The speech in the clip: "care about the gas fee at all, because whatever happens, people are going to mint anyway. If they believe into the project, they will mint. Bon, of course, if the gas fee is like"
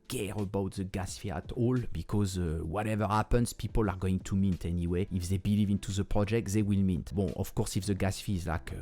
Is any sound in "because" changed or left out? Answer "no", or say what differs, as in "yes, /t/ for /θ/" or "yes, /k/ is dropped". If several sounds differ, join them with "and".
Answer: no